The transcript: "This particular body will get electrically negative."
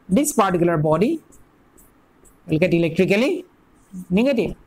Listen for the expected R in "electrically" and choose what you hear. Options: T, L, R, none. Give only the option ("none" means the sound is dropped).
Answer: R